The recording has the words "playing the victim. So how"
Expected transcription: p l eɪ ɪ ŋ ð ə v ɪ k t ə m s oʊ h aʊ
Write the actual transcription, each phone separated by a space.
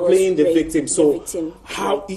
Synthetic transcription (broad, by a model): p l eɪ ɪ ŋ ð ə v ɪ k t ə m s oʊ h aʊ